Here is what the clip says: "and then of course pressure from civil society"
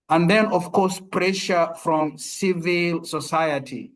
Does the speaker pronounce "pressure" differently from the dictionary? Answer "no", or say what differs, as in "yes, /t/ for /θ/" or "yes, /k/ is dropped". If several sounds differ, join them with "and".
no